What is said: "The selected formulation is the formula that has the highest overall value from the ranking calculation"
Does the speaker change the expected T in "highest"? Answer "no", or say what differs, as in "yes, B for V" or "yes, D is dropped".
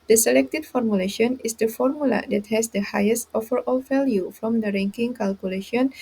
no